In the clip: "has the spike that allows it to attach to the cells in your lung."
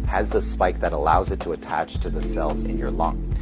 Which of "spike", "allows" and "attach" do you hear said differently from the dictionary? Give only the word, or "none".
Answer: none